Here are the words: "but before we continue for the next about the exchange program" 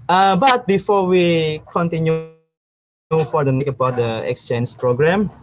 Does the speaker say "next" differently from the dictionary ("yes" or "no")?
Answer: yes